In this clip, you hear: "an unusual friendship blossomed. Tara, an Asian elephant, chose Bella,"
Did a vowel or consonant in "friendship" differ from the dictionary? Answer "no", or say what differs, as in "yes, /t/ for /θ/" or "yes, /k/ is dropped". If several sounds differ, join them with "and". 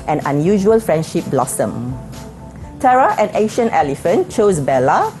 no